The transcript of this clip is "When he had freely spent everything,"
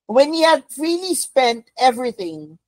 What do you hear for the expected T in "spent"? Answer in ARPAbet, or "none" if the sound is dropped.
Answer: T